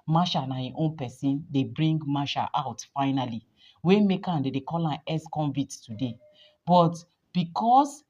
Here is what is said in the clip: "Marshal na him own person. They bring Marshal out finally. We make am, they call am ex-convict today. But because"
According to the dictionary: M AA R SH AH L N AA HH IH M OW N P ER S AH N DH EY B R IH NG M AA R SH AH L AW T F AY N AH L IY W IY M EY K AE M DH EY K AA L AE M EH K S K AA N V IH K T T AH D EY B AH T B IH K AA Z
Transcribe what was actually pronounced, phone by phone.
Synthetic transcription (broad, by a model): M AA SH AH N AA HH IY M OW N P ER S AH N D EY B R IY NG M AA SH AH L AW T F AY N AH L IY W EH M EY K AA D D EY K AA L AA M EH S K AA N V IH T T AH D EY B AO T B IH K AA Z